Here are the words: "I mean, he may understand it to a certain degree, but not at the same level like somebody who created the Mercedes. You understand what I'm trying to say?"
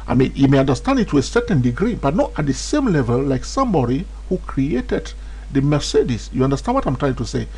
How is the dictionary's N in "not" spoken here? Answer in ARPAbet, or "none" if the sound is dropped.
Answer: N